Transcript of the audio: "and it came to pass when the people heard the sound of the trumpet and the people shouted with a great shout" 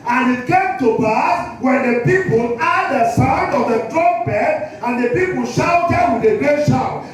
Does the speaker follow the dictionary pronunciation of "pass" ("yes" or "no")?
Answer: no